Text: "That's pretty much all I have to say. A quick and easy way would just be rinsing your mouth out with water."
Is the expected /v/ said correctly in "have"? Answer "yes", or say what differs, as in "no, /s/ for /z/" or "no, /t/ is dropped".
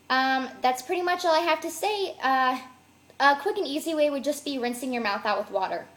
no, /f/ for /v/